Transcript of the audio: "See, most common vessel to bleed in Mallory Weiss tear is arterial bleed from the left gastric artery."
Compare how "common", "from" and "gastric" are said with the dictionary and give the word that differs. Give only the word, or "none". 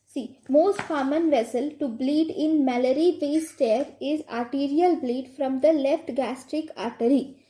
none